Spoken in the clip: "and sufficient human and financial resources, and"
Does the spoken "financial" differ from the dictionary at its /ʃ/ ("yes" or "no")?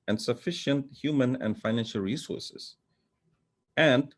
no